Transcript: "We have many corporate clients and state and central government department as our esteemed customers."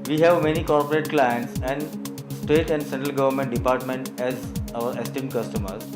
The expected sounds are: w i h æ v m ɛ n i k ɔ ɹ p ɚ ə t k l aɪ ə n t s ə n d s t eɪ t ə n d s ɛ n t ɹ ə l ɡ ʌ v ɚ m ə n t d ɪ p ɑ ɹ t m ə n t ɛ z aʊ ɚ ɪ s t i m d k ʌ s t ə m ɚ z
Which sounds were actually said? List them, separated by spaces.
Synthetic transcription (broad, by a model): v i h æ v m ɛ n i k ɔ ɹ p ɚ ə t k l aɪ ə n t s ə n d s t eɪ t ə n d s ɛ n t ɹ ə l ɡ ʌ v ɚ m ə n t d ɪ p ɑ ɹ t m ə n t ɛ z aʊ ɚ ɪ s t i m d k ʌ s t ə m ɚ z